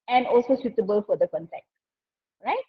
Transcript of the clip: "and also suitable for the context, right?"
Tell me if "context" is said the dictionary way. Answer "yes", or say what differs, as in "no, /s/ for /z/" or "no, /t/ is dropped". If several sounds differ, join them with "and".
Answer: no, /s/ is dropped